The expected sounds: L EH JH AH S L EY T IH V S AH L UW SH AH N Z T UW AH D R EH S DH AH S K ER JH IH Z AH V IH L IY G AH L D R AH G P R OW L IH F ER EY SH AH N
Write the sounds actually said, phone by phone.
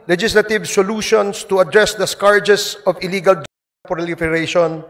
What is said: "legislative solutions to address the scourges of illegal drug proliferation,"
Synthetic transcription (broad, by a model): L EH JH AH S L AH T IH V S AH L UW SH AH N S T UW AH D R EH S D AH S K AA JH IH S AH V IH L IY G AH L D P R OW L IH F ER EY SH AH N